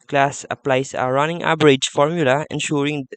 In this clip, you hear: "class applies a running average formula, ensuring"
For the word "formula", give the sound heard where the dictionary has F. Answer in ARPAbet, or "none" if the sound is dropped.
F